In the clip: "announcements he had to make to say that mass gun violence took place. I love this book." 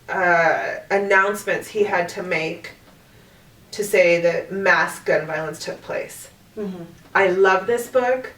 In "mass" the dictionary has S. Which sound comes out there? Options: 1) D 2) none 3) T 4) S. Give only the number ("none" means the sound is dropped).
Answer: 4